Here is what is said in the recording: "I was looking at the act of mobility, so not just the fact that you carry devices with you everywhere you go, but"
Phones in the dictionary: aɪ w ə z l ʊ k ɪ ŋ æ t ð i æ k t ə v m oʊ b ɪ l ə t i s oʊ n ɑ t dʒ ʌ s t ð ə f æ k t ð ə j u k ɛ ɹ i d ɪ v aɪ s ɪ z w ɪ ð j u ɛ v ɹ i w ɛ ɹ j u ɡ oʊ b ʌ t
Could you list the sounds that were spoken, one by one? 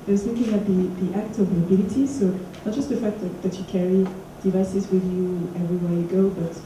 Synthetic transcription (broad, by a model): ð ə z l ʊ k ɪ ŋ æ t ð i æ k t ə v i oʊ b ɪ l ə t i s oʊ n ɑ t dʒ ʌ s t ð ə f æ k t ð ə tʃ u k ɛ ɹ i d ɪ v aɪ s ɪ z w ɪ ð j u ɛ v ɹ i w ɛ ɹ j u ɡ oʊ b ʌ t